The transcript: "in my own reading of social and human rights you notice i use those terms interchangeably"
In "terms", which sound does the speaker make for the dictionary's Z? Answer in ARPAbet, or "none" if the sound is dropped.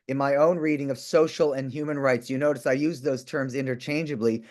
Z